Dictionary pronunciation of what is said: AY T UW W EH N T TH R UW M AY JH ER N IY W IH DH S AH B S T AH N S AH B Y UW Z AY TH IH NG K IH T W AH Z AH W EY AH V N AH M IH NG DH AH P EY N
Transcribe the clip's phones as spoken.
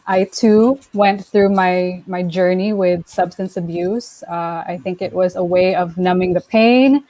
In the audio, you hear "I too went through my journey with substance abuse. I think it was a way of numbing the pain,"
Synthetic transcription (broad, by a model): AY T UW W EH N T TH R UW M AY JH ER N IY W IH DH S AH B S T AH N S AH B Y UW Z AY TH IH NG K IH T W AH Z AH W EY AH V N AH M IH NG DH AH P EY N